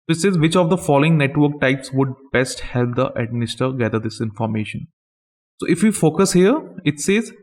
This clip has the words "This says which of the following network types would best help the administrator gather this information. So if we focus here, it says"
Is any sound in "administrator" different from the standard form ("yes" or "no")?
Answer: yes